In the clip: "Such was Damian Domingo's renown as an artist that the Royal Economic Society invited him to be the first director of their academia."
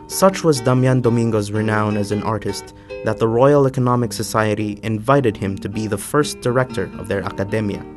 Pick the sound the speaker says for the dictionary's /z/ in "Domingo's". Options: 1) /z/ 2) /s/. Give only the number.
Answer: 1